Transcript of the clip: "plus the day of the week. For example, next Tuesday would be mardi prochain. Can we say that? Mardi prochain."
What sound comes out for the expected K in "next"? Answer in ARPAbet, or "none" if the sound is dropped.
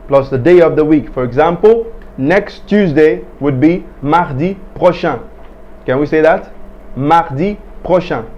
K